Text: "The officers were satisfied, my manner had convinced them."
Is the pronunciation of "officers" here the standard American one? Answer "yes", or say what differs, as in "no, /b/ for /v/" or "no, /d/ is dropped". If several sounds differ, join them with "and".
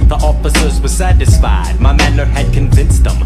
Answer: yes